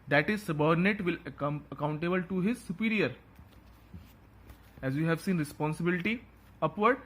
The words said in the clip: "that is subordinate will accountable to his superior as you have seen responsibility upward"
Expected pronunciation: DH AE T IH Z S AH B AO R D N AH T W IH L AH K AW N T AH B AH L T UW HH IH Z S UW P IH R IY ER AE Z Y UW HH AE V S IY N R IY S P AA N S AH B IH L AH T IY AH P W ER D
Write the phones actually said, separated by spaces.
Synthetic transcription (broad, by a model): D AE T IH Z S AH B AO R D N AH T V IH L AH K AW N T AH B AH L T UW HH IH Z S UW P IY R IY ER AE Z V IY HH AE V S IY N R IY S P AA N S AH B IH L AH T IY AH P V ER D